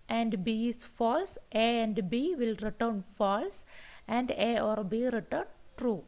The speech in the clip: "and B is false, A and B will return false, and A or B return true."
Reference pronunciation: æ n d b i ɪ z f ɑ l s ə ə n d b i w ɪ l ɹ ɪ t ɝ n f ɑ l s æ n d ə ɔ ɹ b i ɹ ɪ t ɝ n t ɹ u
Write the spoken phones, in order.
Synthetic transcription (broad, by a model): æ n d b i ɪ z f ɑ l s ə ə n d b i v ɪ l ɹ ɪ t ɝ n f ɑ l s æ n d ə ɔ ɹ b i ɹ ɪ t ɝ n t ɹ u